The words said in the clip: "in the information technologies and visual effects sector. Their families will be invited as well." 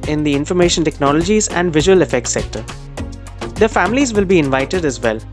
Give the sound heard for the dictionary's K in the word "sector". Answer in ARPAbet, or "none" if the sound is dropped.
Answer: K